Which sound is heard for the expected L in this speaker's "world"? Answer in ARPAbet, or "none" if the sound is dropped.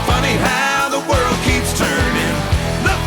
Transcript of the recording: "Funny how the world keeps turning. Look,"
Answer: L